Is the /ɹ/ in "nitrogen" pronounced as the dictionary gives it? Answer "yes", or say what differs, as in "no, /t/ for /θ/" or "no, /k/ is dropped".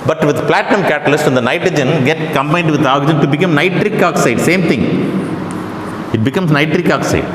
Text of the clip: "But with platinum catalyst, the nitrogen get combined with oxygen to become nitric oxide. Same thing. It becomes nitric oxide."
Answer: yes